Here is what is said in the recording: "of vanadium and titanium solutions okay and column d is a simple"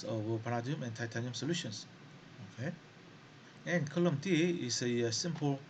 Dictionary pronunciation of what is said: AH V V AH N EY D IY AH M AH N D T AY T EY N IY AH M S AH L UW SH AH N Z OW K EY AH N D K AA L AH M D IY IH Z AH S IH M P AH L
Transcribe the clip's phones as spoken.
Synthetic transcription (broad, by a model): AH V P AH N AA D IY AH M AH N T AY T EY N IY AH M S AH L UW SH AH N S OW K EY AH N K AA L AH M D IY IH S AH S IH M P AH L